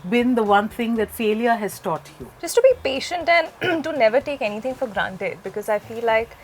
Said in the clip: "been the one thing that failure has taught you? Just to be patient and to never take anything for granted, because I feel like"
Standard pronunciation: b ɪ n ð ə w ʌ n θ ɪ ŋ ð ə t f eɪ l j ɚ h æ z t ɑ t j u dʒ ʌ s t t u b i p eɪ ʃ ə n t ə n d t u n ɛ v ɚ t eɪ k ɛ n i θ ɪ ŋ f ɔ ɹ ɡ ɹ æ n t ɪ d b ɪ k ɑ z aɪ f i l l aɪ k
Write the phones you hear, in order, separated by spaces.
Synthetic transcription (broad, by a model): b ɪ n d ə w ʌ n t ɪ ŋ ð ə t f eɪ l j ɚ h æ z t ɑ t j u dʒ ʌ s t t u b i p eɪ ʃ ə n t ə n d t u n ɛ v ɚ t eɪ k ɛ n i t ɪ ŋ f ɔ ɹ ɡ ɹ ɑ n t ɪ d b ɪ k ɑ z aɪ f i l l aɪ k